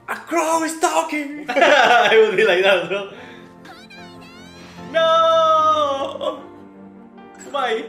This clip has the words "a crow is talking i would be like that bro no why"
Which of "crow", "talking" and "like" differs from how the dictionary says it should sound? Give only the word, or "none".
none